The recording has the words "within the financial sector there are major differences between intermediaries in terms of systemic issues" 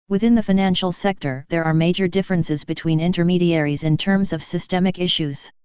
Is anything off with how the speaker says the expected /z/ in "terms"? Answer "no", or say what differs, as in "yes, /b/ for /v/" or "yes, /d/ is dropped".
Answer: no